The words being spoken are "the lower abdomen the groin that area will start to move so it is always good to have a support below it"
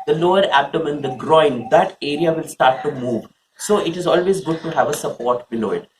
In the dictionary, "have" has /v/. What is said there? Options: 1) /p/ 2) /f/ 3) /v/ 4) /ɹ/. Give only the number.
3